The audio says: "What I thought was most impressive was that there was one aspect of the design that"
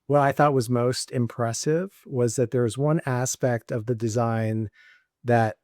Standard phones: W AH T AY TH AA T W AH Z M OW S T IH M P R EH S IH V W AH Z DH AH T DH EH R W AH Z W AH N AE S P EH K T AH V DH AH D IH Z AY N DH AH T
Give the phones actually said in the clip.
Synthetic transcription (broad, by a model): W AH T AY TH AA T W AH Z M OW S T IH M P R EH S IH V W AH Z DH AH T DH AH R W AH Z W AH N AE S P EH K T AH V DH AH D IH Z AY N DH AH T